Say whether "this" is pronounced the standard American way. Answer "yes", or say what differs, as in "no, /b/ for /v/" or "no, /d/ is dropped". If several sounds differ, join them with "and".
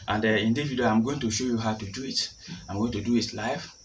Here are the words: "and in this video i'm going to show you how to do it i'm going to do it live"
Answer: no, /s/ is dropped